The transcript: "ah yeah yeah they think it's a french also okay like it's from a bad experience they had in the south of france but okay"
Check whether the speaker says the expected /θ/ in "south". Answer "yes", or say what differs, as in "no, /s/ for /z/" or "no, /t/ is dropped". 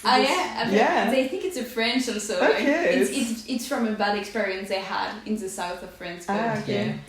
yes